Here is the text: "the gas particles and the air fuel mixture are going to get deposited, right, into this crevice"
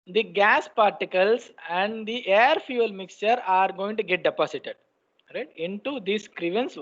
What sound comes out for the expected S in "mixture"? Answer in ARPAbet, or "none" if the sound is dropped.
S